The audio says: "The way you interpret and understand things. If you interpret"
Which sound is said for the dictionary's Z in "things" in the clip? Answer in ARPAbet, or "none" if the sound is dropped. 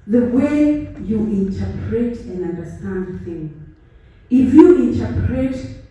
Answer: none